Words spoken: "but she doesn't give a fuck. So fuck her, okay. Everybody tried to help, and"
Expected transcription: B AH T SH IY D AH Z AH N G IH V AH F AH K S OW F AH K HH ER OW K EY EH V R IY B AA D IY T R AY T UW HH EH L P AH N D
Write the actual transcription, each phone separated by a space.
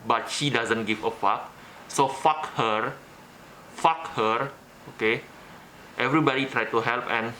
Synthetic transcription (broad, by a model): B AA T SH IY D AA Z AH N G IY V AH F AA K S OW F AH K HH ER OW K EY EH V R IY B AA D IY T R AY T UW HH EH L P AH N